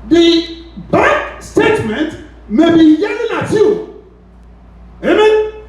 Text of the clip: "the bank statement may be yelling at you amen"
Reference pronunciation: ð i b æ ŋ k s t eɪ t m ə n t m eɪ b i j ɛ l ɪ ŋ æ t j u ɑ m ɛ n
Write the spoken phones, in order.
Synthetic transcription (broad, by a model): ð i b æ k s t eɪ t m ə n t m eɪ b i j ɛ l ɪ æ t j u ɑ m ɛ